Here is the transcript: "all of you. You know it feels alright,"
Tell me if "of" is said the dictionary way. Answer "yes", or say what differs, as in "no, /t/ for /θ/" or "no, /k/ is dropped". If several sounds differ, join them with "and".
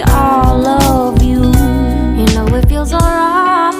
yes